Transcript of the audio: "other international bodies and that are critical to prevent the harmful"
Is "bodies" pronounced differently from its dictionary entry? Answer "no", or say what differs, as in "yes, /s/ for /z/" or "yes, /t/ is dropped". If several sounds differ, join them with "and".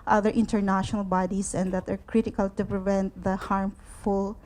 yes, /s/ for /z/